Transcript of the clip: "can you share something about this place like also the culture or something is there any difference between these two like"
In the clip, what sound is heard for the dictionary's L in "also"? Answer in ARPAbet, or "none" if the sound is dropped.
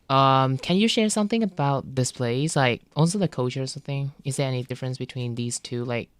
N